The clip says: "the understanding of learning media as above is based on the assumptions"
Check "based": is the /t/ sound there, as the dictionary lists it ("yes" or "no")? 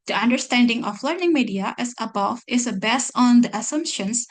no